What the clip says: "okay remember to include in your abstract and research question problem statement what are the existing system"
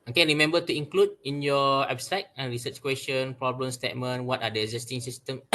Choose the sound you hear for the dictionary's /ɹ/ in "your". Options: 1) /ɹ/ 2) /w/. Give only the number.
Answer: 2